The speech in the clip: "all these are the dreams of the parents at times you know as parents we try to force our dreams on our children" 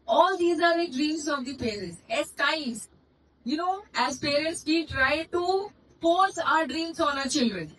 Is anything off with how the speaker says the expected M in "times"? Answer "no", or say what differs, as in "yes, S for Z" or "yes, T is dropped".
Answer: yes, M is dropped